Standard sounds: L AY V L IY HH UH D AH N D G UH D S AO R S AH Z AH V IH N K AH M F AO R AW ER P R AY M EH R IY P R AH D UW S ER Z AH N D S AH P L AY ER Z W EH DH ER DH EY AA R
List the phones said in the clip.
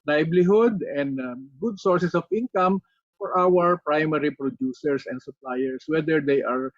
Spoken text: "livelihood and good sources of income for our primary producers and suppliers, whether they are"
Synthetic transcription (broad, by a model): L AY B L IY HH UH D AH N D G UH D S AO R S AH S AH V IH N K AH M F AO R AW ER P R AY M EH R IY P R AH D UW S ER S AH N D S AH P L AY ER S W EH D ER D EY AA R